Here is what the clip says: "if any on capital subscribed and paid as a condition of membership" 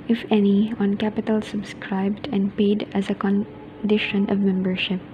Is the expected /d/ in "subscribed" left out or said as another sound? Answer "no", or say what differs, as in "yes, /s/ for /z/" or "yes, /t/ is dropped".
no